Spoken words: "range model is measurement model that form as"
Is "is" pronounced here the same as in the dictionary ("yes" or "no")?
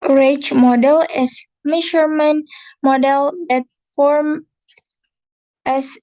no